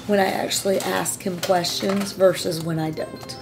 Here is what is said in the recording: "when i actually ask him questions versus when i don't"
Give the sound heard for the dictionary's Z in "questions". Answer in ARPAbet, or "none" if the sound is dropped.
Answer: Z